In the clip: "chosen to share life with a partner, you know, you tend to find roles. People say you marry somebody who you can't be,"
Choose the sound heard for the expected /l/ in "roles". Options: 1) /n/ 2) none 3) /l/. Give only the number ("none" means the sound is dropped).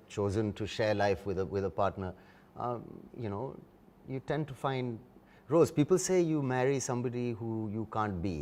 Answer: 2